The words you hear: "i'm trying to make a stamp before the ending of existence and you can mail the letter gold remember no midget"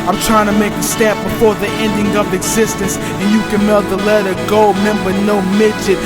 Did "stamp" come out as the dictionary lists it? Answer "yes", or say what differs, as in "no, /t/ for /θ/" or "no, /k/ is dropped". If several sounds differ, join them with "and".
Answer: no, /m/ is dropped